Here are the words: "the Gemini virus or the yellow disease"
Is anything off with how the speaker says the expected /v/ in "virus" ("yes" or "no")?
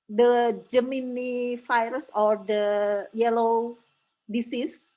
yes